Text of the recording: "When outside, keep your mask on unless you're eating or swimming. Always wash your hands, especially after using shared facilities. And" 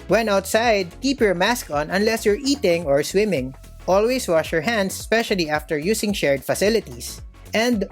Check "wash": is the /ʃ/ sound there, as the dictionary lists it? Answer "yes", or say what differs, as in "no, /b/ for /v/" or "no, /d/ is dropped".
yes